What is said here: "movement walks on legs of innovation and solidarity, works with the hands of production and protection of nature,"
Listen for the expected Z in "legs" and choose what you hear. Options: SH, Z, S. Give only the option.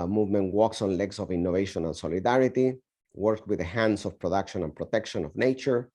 S